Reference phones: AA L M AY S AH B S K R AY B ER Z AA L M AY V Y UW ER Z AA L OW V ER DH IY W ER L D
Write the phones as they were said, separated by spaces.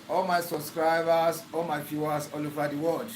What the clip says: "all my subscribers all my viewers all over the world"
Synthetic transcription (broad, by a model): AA L M AY S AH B S K R AY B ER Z AA L M AY F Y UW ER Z AA L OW V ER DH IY W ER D